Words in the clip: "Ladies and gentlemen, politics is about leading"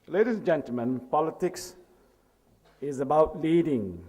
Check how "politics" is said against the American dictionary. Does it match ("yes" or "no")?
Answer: yes